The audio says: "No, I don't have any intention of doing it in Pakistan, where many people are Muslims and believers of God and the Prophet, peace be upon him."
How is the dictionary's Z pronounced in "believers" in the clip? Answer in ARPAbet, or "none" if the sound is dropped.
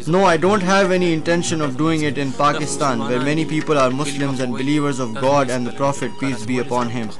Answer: Z